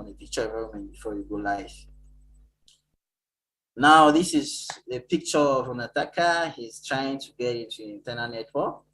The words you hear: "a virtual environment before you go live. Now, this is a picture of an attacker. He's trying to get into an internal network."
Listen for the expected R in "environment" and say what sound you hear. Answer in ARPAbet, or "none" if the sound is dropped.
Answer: L